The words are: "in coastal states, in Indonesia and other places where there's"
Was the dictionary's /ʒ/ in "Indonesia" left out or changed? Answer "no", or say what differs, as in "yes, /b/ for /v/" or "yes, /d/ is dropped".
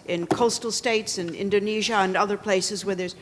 no